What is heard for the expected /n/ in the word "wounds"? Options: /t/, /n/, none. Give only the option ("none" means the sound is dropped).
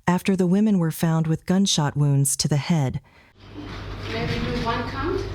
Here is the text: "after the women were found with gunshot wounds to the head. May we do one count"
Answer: /n/